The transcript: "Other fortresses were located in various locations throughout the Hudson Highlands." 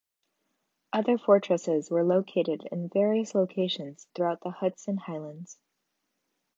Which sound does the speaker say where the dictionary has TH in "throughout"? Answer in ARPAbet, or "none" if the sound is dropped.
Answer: TH